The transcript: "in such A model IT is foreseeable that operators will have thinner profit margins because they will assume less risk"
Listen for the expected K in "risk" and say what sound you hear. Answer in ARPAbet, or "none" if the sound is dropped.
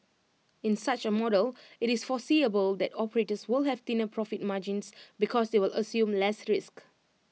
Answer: K